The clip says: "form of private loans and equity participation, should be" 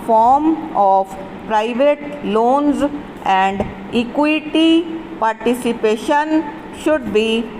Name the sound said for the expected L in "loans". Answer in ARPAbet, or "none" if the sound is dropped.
L